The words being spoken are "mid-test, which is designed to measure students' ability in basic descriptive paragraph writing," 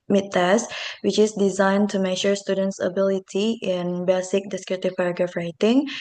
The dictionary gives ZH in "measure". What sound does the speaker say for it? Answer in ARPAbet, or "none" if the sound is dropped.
SH